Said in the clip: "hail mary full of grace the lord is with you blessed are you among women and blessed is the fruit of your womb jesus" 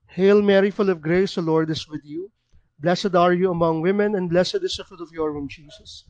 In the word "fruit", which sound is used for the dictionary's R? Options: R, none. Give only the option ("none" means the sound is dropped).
none